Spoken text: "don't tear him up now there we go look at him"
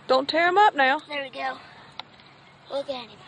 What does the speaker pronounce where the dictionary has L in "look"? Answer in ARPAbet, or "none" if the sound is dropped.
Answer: W